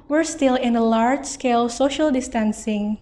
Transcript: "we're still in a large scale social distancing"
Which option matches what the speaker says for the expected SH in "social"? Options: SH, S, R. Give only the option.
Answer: SH